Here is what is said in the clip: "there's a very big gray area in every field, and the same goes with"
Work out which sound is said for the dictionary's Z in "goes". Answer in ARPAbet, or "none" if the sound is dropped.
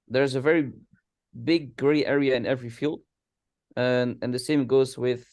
Z